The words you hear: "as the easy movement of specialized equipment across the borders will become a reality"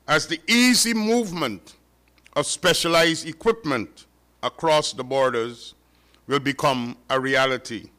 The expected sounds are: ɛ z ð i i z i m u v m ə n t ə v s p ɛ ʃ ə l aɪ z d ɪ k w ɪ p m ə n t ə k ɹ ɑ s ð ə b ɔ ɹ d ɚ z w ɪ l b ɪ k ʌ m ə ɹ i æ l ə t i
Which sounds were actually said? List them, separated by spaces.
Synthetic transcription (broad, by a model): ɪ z ð i i z i m u v m ə n t ə v s p ɛ ʃ ə l aɪ z d ɪ k w ɪ p m ə n t ə k ɹ ɑ s ð ə b ɔ ɹ d ɚ z w ɪ l b ɪ k ʌ m ə ɹ i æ l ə t i